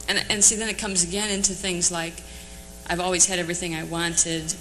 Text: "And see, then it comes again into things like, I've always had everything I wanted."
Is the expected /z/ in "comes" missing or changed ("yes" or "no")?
no